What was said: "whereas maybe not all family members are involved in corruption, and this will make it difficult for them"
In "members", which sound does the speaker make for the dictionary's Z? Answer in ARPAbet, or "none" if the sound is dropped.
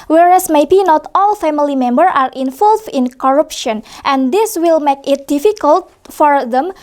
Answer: none